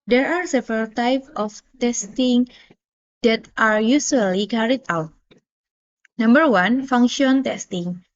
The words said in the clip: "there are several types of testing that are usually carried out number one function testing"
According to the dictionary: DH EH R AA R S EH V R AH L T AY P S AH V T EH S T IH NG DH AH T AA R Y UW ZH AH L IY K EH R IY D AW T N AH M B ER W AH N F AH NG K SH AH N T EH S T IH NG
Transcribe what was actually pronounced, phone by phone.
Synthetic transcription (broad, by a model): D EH R AA R S EH V R AH L T AY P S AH F T EH S T IH NG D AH T AA R Y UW S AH L IY K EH R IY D AW T N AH M B ER W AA N F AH NG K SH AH N T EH S T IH NG